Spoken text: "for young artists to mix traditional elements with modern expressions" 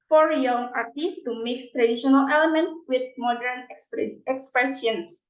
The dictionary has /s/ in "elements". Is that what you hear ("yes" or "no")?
no